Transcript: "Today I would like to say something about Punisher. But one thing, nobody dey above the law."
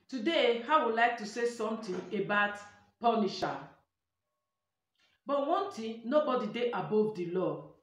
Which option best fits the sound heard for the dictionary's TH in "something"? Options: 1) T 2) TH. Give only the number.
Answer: 1